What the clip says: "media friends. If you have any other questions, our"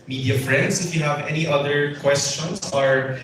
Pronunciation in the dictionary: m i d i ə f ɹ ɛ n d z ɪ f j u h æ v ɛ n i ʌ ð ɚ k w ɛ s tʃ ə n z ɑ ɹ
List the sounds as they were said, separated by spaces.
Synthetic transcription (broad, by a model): m i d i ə f ɹ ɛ n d s ɪ f j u h æ v ɛ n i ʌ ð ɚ k w ɛ s tʃ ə n s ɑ ɹ